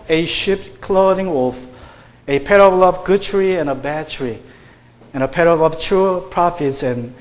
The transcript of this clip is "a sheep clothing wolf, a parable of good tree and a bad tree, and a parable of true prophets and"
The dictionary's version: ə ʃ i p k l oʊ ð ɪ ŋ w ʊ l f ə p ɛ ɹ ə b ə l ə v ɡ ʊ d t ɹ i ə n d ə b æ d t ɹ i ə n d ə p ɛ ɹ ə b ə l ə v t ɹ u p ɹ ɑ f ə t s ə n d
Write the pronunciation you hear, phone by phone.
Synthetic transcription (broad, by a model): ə ʃ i p k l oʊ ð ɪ ŋ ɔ f ə p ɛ ɹ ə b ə l ə v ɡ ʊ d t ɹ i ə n ə b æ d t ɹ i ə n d ə p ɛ ɹ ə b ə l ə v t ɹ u p ɹ ɑ f ə t s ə n